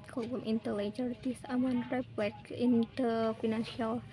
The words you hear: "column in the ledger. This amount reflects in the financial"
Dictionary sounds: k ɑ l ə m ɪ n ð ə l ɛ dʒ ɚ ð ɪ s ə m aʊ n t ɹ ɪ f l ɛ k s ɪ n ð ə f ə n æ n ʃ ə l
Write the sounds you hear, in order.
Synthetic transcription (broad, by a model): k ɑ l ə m ɪ n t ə l ɛ dʒ ɚ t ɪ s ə m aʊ n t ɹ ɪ p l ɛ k ɪ n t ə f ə n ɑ n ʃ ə l